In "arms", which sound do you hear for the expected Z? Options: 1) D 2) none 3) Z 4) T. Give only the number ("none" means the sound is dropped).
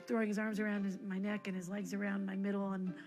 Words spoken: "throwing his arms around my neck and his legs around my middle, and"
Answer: 3